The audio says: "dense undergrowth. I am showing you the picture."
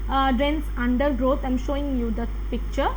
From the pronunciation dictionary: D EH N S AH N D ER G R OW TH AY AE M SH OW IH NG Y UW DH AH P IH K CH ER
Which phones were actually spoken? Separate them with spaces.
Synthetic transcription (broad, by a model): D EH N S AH N D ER G R OW T AY M SH OW IH NG Y UW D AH P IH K CH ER